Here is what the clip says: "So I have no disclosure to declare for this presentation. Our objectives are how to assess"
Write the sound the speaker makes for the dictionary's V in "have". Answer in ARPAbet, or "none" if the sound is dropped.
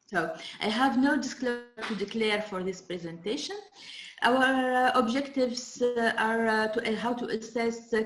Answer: V